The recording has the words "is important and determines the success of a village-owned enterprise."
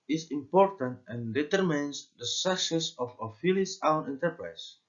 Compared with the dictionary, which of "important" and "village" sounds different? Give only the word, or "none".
village